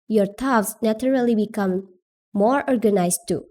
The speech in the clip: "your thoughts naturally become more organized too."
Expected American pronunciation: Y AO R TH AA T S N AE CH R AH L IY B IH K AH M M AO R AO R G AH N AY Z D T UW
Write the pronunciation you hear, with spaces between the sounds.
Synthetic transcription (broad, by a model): Y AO R T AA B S N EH CH R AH L IY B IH K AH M M AO R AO R G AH N AY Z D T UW